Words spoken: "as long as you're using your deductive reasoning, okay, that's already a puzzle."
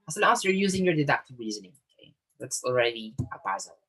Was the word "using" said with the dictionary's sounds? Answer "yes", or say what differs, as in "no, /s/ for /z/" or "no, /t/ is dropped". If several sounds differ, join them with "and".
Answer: yes